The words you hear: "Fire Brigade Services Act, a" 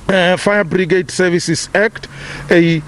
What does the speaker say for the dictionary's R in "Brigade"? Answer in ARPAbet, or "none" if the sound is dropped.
R